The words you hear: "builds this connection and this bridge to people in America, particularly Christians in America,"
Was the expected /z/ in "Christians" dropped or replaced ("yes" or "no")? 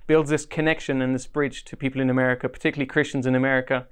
no